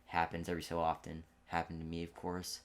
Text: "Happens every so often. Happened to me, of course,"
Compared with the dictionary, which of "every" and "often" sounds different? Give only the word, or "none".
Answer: every